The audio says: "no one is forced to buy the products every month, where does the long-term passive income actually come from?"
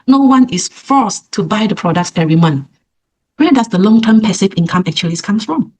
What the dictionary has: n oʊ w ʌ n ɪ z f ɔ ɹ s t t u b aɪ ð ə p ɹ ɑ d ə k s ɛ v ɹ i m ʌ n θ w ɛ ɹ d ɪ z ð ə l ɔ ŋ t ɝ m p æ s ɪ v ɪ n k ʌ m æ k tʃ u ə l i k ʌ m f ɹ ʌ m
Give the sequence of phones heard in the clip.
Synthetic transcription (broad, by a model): n oʊ w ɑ n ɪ s f ɔ s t t u b aɪ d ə p ɹ ɑ d ə k s ɛ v ɹ i m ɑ n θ w ɛ d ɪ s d ə l ɔ ŋ t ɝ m p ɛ s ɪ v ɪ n k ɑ m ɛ k tʃ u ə l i k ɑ m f ɹ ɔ m